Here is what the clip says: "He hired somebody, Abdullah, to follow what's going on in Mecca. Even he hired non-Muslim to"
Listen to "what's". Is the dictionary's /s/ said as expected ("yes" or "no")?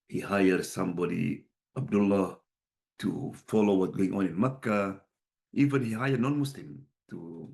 no